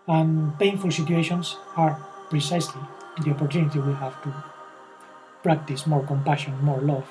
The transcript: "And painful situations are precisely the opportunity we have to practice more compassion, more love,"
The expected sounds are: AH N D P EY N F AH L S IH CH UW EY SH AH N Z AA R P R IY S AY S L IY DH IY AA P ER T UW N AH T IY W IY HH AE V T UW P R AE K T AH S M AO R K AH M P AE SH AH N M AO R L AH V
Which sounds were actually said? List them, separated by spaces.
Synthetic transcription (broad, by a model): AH N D P EY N F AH L S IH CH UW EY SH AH N S AA R P R IY S AY S L IY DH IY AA P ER T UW N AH T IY W IY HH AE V T UW P R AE K T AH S M AO R K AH M P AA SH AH N M AO R L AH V